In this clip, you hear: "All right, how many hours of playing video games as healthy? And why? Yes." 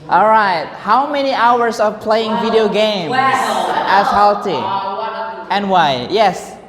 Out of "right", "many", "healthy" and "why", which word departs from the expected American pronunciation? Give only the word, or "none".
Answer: healthy